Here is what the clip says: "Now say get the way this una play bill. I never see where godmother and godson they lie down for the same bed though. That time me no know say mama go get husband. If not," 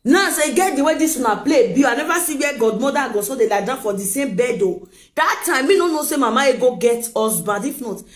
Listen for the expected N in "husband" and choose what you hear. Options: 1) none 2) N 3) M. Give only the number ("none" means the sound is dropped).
1